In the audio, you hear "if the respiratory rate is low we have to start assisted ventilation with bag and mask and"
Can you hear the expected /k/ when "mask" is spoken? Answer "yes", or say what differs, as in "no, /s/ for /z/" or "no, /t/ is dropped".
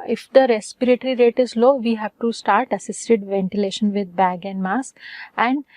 no, /k/ is dropped